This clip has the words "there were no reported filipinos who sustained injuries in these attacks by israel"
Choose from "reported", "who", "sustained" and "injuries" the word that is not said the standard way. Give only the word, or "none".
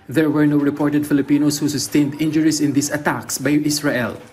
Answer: injuries